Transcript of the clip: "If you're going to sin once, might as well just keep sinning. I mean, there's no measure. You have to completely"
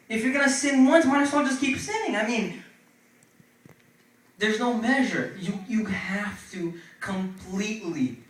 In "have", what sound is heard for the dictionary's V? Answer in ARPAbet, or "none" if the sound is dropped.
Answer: F